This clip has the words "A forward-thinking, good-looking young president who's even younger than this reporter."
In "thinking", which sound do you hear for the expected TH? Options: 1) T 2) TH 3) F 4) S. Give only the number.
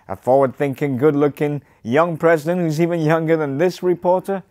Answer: 2